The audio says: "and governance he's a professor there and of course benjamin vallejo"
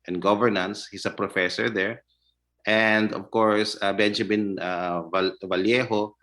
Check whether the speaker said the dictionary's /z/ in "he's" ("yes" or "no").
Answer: no